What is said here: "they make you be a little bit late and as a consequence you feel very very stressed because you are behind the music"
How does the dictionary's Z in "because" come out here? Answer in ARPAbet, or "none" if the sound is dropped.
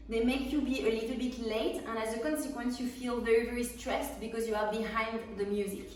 Z